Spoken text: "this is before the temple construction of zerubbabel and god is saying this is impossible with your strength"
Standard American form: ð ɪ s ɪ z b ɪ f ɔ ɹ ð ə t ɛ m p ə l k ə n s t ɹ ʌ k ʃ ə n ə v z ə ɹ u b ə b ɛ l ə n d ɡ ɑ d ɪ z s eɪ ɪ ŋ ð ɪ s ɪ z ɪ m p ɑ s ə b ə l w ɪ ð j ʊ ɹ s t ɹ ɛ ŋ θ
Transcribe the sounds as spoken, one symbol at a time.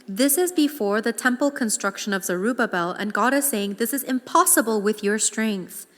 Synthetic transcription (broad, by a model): ð ɪ s ɪ z b ɪ f ɔ ɹ ð ə t ɛ m p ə l k ə n s t ɹ ʌ k ʃ ə n ə v z ə ɹ u b ə b ɛ l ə n ɡ ɑ d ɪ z s eɪ ɪ ŋ ð ɪ s ɪ z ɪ m p ɑ s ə b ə l w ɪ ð j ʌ ɹ s t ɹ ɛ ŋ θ